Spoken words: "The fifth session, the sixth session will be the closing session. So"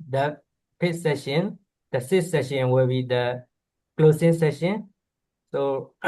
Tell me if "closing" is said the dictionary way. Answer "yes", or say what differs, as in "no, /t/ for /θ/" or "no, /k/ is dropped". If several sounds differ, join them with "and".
no, /s/ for /z/